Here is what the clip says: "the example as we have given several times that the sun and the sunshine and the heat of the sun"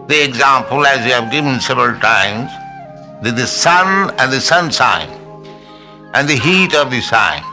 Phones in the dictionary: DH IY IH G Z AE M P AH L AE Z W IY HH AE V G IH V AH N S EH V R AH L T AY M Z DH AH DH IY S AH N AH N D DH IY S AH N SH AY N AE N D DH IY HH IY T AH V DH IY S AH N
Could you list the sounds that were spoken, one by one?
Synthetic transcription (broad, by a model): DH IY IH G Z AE M P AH L AE Z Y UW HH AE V G IH V AH N S EH V R AH L T AY M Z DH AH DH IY S AH N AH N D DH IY S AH N S AY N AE N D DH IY HH IY T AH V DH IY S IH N